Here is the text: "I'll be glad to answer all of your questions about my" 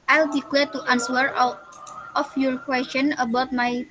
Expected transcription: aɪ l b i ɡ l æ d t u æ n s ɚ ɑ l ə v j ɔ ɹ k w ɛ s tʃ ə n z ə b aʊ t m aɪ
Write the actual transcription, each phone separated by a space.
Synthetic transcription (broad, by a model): aɪ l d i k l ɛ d t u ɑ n s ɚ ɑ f j ɔ ɹ k w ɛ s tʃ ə n ə b aʊ t m aɪ